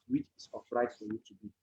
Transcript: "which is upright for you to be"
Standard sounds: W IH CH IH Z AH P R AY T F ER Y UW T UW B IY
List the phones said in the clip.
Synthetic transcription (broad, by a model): W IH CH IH S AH F R AY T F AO Y UW T UW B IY